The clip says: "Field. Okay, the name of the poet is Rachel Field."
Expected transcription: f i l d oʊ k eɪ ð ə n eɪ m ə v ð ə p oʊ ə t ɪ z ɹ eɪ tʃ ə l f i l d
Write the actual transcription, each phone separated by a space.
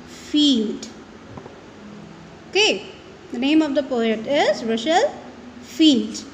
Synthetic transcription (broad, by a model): f i l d oʊ k eɪ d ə n eɪ m ə v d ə p oʊ ə t ɪ z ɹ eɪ ʃ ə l f i l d